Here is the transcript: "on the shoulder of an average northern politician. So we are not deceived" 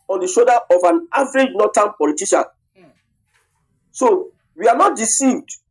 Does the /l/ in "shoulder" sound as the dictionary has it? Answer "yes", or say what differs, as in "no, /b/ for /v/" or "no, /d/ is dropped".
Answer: no, /l/ is dropped